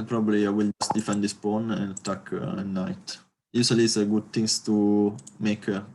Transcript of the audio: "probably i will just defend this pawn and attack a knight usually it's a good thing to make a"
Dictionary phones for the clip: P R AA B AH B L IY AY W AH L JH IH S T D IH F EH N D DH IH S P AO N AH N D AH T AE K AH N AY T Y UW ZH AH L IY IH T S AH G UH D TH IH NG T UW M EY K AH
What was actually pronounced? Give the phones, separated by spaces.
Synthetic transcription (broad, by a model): P R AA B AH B L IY AY W AH L JH IH S T D IH F EH N D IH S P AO N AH N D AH T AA K AH N AY T Y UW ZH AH L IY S AH G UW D T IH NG T UW M EY K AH